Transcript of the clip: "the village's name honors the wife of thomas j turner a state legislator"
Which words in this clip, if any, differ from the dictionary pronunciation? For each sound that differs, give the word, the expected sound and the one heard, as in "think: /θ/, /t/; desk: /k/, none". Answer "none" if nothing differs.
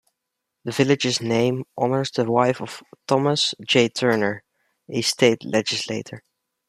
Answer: none